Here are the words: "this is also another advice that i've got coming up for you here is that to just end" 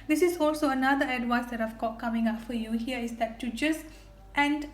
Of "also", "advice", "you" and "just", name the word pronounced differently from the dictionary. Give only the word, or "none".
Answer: advice